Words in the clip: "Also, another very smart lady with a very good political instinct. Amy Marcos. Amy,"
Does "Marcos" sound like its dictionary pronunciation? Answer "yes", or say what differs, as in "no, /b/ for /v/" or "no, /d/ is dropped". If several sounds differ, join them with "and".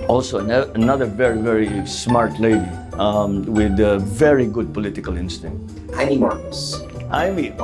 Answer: no, /s/ is dropped